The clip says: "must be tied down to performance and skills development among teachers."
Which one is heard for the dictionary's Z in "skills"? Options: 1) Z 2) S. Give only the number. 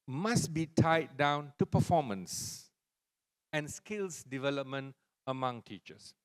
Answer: 2